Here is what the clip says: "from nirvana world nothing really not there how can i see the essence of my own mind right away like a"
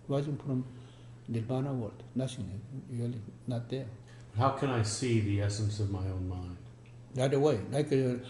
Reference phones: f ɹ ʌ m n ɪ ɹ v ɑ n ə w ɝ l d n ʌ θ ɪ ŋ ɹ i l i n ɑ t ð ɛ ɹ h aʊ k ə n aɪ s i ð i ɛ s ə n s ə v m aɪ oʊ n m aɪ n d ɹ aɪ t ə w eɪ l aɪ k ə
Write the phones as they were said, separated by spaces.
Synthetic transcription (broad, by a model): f ɹ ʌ m l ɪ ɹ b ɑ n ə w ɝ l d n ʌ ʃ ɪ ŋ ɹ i l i n ɑ t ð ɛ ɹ h aʊ k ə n aɪ s i ð i ɛ s ə n s ə v m aɪ oʊ n m aɪ n d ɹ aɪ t ə w eɪ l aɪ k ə